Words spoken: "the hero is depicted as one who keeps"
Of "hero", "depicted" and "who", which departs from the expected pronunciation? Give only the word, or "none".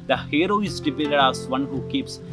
depicted